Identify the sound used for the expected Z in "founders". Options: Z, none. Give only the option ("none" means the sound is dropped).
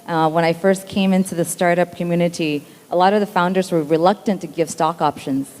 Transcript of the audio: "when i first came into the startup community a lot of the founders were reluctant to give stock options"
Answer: Z